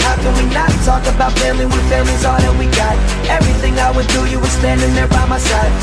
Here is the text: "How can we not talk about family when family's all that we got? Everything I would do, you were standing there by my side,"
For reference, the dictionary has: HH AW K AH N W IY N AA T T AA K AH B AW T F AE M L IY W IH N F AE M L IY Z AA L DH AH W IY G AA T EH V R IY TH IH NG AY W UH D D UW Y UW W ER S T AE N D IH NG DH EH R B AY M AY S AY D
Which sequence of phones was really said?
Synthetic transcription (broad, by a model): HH AW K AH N W IY N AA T T AA K AH B AW T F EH L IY W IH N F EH L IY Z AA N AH W IY G AA T EH V R IY TH IH NG AY W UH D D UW Y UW W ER S T AE N D IH NG DH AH R B AY M AY S AY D